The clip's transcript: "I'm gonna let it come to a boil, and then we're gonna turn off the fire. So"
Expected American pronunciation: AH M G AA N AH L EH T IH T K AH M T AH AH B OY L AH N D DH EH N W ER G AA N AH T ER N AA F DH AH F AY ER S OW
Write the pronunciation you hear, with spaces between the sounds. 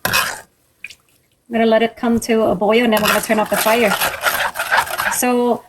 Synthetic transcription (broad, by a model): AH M G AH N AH L EH T IH T K AH M T AH AH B OY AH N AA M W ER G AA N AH T ER N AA P DH AH F AY ER S OW